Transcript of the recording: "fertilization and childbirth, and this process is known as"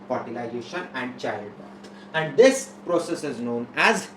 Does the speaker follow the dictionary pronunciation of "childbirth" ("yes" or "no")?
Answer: no